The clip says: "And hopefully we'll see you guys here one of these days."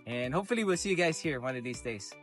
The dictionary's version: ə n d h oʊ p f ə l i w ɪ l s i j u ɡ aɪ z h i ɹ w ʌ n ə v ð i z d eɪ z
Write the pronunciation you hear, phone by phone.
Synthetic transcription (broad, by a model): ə n h oʊ p f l i w ɪ l s i j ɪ ɡ aɪ z h i ɹ w ʌ n ə v ð i z d eɪ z